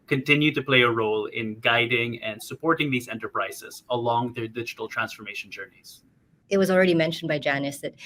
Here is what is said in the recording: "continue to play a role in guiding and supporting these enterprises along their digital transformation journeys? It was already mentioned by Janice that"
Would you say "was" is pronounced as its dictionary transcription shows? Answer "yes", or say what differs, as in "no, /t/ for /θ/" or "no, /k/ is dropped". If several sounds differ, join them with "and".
yes